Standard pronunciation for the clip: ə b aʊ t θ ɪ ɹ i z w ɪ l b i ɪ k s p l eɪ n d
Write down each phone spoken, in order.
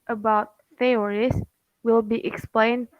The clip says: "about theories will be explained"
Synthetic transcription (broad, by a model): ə b aʊ t f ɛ ɹ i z w ɪ l b i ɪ k s p l eɪ n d